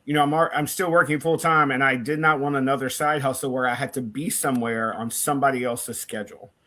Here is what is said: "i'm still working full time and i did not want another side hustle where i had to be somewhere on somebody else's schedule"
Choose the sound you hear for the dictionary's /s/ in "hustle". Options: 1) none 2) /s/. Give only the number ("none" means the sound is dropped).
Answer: 1